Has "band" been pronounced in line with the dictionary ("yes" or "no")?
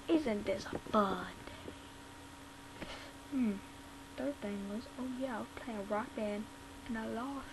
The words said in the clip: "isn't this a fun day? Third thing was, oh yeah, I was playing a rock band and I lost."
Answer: no